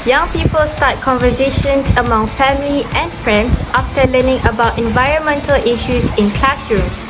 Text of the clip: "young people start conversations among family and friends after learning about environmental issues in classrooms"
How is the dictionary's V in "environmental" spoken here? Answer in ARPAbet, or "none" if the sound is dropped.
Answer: V